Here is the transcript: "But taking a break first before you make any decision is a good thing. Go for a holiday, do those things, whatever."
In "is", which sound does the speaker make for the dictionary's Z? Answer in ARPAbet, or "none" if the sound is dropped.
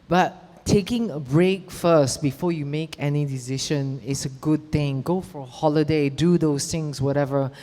S